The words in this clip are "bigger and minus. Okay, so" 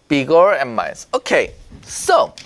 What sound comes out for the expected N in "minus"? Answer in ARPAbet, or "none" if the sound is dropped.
none